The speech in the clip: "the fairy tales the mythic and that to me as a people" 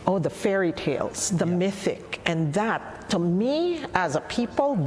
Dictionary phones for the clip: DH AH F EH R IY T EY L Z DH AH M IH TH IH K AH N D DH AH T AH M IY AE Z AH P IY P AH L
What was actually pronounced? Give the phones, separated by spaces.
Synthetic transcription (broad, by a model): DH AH F EH R IY T EY L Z DH AH M IH TH IH K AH N DH AH T AH M IY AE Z AH P IY P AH L